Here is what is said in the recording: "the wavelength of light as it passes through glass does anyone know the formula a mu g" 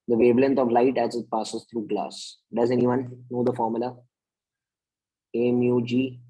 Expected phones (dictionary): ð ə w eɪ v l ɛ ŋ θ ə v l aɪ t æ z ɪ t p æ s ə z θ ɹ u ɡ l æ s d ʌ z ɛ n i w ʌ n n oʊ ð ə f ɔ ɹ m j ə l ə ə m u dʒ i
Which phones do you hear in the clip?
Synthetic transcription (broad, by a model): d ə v eɪ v l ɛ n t ə v l aɪ t æ z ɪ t p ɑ s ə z t ɹ u ɡ l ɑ s d ʌ z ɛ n i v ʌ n n oʊ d ə f ɔ ɹ m j ə l ə ə m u dʒ i